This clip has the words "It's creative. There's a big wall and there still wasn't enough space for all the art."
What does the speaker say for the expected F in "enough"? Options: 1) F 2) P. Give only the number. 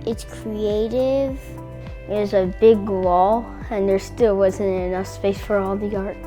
1